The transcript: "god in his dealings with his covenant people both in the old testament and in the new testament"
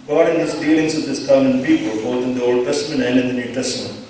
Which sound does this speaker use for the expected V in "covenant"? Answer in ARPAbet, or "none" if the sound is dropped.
none